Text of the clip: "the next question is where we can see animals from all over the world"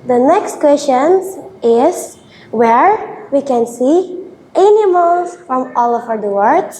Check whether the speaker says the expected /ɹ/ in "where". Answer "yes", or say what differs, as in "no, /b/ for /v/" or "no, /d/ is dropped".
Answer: yes